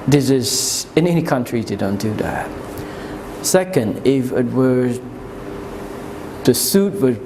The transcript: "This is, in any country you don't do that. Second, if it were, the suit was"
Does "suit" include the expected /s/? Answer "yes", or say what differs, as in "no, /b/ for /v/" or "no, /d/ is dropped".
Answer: yes